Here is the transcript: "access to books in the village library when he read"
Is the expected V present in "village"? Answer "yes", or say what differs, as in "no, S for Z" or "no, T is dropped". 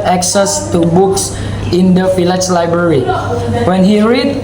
no, F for V